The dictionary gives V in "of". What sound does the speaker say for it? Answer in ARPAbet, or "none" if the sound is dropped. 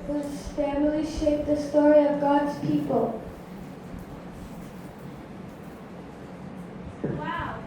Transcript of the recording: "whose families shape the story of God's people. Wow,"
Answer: V